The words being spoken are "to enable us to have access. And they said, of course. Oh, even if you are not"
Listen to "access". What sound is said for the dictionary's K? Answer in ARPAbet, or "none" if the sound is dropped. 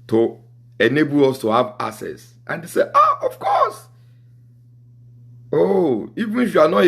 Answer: none